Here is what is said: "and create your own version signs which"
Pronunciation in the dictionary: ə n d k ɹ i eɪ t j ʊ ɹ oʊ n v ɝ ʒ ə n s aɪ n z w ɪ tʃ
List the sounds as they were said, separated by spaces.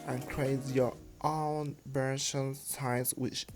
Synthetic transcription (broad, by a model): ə n k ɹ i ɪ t j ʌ ɹ oʊ n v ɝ ʃ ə n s aɪ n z w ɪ tʃ